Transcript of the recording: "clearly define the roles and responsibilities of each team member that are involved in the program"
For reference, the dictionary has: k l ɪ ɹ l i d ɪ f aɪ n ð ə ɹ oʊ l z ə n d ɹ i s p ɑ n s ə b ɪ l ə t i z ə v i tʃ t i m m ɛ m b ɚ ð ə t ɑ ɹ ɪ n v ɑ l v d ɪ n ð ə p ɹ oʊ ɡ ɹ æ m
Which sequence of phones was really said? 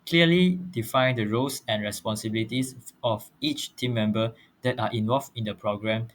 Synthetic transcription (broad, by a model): k l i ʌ l i d ɪ f aɪ n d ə ɹ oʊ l s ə n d ɹ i s p ɑ n s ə b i l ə t i s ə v i tʃ t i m m ɛ m b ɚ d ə t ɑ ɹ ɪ n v ɑ l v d ɪ n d ə p ɹ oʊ ɡ ɹ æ m